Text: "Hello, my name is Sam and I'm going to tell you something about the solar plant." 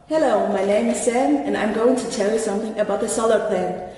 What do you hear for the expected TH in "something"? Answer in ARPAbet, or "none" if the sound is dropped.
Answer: TH